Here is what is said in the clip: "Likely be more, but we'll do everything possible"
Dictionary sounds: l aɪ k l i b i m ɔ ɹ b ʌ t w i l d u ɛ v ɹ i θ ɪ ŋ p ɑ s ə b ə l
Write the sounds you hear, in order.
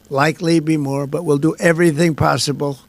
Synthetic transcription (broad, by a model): l aɪ k l i b i m ɔ ɹ b ʌ t w i l d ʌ ɛ v ɹ i θ ɪ ŋ p ɑ s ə b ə l